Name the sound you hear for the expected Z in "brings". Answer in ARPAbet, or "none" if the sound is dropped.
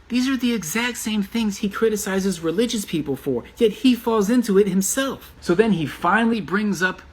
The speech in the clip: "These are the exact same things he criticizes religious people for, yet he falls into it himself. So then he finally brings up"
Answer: Z